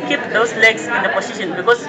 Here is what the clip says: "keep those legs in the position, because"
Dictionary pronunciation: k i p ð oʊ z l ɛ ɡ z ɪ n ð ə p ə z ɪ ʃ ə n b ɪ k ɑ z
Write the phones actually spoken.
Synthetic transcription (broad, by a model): k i p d oʊ s l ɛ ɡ s ɪ n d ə p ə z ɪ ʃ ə n b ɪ k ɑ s